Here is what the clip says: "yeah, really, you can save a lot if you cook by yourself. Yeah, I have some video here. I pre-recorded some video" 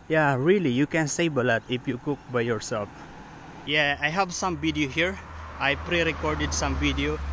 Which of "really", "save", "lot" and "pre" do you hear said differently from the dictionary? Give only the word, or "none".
save